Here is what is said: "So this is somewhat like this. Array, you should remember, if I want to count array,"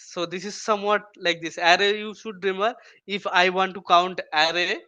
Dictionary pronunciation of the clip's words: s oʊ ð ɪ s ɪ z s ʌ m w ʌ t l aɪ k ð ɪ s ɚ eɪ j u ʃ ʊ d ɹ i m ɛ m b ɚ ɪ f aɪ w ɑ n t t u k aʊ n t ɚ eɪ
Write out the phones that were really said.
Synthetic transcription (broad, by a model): s oʊ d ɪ s ɪ z s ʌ m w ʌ t l aɪ k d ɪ s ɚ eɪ j u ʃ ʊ d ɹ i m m ɚ ɪ f aɪ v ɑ n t t u k aʊ n t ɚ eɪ